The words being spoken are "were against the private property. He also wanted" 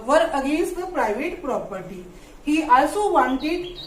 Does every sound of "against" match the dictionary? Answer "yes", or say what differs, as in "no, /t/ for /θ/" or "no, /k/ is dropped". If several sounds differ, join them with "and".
no, /n/ is dropped